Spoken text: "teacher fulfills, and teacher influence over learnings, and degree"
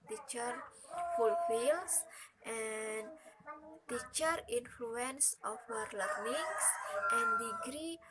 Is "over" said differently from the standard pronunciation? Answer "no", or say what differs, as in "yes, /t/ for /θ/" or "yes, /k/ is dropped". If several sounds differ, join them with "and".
yes, /f/ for /v/